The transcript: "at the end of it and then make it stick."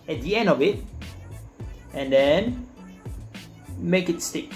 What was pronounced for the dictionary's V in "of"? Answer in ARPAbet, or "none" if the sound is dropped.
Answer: V